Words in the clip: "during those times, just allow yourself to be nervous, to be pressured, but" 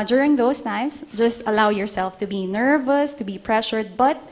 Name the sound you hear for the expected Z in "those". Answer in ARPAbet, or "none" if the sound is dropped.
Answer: S